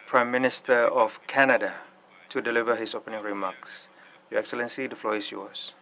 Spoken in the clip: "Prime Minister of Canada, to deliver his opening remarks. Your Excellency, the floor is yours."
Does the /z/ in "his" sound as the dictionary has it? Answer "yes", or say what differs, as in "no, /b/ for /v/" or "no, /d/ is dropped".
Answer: no, /s/ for /z/